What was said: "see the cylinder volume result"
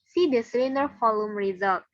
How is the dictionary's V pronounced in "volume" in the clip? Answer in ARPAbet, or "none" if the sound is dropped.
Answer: F